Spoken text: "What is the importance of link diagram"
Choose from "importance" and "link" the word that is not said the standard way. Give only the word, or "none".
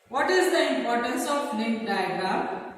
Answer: link